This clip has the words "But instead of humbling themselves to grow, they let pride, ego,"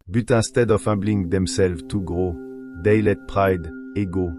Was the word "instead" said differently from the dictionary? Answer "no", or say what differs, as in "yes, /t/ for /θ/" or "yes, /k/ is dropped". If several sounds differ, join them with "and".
yes, /n/ is dropped